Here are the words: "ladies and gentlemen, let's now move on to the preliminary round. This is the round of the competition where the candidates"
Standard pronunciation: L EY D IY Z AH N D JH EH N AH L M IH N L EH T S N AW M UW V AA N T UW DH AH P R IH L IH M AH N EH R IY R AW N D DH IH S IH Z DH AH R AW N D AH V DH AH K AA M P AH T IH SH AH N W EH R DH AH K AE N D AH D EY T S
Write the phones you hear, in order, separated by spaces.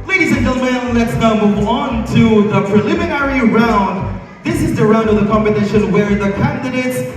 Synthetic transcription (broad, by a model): L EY D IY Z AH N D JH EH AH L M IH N L EH T S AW M UW V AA N T UW DH AH P R IH L IH M AH N EH R IY R AW N D DH IH S IH Z DH AH R AW N D AH V DH AH K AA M B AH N IH SH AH N W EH R DH AH K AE N D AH D EY T S